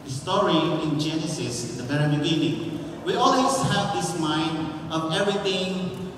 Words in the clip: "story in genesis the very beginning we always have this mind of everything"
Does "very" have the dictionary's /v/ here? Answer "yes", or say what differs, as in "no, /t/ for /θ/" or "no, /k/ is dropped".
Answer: no, /b/ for /v/